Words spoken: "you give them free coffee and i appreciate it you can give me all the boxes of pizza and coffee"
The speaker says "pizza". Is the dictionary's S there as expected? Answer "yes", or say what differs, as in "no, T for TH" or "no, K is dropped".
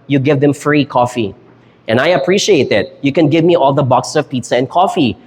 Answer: yes